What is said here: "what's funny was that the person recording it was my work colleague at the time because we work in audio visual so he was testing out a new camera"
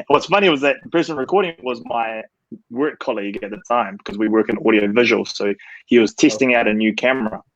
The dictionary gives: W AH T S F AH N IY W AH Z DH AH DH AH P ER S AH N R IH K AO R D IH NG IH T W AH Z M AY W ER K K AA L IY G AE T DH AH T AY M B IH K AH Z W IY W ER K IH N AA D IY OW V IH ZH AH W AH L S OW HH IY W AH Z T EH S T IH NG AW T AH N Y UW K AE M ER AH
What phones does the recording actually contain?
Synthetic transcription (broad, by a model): W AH T S F AH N IY W AH Z DH AH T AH P ER S AH N R IH K AO R D IH NG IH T W AH Z M AY W ER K K AA L IY G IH T DH AH T AY M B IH K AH Z W IY W ER K IH N AA D IY OW V IH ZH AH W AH L S OW HH IY W AH Z T EH S T IH NG AW T AH N Y UW K AE M ER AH